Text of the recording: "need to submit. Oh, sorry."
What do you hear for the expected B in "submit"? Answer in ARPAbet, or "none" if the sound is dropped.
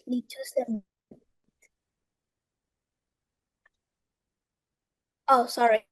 none